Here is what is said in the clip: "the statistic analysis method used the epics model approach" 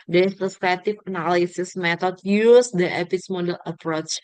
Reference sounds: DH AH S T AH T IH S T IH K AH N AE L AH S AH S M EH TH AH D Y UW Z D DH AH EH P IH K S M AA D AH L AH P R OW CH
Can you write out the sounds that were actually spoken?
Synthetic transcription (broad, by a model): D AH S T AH S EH T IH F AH N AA L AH S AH S M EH T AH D Y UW S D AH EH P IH S M AA D AH L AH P R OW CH